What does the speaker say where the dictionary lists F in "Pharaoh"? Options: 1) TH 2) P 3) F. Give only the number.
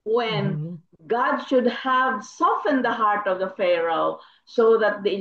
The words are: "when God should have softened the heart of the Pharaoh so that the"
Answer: 3